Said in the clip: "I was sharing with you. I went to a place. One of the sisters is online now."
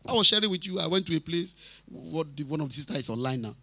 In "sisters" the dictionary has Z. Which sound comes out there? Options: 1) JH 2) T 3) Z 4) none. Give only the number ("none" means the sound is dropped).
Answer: 4